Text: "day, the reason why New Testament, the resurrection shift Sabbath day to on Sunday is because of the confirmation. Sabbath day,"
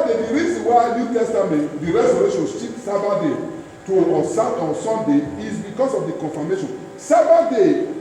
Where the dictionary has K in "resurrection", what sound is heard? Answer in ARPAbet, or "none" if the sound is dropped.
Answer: none